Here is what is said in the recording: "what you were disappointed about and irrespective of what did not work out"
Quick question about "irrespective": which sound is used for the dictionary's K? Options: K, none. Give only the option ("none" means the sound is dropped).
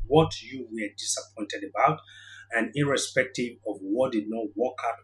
K